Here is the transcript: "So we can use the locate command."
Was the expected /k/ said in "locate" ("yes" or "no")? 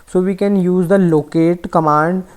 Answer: yes